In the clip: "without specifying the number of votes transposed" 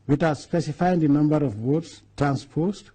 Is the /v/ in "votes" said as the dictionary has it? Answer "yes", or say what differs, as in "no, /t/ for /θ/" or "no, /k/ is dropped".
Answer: no, /w/ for /v/